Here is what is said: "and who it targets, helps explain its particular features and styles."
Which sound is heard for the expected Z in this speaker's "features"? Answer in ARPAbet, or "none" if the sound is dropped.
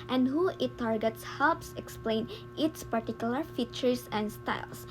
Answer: S